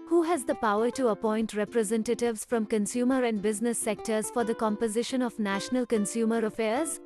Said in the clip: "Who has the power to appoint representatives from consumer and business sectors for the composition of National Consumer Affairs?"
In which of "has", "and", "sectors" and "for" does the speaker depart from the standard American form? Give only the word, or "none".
none